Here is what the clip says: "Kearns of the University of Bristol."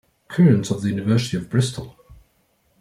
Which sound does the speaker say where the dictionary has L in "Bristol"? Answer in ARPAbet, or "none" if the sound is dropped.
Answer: L